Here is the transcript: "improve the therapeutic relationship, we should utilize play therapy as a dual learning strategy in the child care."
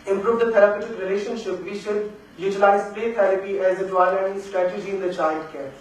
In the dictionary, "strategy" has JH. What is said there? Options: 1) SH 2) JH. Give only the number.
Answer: 2